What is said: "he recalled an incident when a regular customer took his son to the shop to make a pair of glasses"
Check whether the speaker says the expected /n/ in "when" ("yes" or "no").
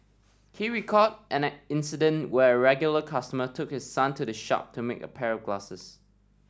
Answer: no